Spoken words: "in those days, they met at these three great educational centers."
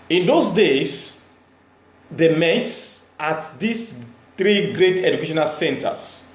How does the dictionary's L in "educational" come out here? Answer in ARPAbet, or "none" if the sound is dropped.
L